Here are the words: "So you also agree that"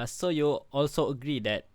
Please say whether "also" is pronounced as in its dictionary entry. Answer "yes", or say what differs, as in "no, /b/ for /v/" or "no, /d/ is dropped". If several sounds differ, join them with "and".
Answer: yes